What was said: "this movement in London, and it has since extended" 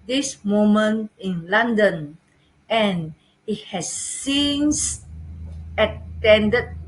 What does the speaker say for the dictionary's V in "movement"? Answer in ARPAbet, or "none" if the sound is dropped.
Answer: none